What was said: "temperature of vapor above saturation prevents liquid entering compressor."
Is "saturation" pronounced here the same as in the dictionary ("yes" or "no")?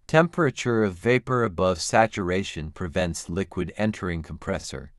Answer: yes